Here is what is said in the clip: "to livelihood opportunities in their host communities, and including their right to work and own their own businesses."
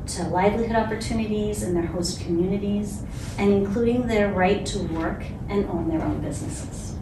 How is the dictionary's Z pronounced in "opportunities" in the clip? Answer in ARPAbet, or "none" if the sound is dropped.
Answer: Z